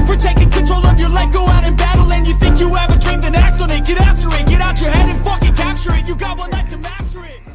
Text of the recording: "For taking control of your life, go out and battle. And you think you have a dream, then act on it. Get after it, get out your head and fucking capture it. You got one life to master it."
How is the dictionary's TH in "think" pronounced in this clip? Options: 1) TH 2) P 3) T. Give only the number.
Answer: 1